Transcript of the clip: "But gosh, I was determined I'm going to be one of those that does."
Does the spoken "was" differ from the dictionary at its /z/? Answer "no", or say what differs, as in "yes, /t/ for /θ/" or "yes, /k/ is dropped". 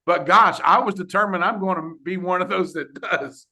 no